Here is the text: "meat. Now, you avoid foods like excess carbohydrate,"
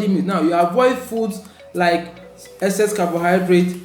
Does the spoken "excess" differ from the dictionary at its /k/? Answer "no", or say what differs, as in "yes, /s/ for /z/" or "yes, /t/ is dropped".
yes, /k/ is dropped